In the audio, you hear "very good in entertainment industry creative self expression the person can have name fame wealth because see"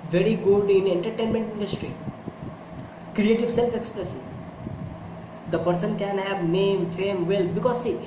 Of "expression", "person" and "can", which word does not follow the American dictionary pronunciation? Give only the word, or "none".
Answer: expression